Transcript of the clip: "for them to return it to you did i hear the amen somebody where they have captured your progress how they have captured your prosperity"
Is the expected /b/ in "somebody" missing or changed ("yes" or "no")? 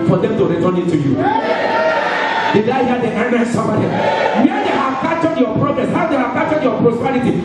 yes